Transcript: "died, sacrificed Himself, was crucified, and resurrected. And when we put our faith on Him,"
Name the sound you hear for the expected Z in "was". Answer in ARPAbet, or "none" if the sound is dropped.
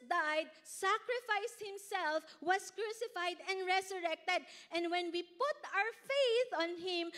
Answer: S